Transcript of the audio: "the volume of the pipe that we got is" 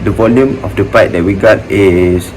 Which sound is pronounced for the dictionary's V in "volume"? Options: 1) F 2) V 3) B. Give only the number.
2